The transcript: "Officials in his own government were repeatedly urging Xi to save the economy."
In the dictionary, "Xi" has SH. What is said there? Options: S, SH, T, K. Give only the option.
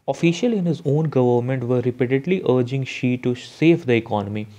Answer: SH